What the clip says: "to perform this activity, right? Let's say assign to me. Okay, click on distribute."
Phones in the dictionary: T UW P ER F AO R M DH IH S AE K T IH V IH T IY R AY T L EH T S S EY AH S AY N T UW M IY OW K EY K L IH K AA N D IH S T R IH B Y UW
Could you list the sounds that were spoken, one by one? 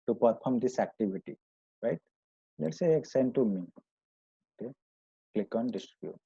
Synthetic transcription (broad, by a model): T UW P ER P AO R M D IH S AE K T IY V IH T IY R AY T L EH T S S EY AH S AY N T UW M IY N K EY K L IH K AA N D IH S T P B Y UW